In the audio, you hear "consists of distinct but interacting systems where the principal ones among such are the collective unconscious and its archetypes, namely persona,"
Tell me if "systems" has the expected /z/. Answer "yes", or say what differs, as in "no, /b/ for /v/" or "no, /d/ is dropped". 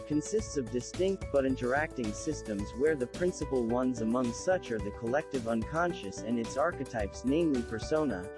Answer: yes